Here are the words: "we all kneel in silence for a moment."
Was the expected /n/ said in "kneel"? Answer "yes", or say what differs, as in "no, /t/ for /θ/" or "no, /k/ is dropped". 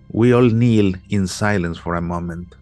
yes